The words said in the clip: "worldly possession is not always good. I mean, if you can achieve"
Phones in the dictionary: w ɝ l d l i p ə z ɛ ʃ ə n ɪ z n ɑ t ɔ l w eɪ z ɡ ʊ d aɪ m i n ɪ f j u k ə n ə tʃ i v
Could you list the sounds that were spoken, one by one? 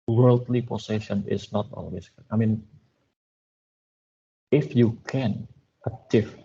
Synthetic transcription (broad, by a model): w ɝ l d l i p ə s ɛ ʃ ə n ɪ s n ɑ t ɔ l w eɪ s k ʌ aɪ m i n ɪ f j u k ə n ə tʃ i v